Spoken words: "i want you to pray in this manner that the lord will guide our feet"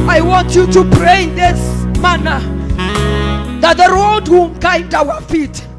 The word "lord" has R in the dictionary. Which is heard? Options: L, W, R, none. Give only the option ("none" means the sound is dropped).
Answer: L